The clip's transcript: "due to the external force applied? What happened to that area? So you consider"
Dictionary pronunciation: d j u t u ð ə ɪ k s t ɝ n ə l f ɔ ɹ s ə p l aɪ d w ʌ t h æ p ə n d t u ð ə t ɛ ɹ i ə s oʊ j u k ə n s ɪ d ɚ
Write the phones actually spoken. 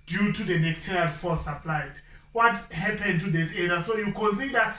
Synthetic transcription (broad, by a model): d j u t u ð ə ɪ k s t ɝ ə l f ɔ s ə p l aɪ d w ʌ t h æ p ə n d t u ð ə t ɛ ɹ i s oʊ j u k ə n s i d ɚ